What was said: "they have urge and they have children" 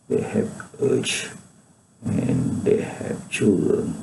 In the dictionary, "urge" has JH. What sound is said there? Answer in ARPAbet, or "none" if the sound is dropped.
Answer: CH